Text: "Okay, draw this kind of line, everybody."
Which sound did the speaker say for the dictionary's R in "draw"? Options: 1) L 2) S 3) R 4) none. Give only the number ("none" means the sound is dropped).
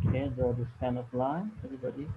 4